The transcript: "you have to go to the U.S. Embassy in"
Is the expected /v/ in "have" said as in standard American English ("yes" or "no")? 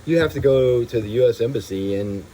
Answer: no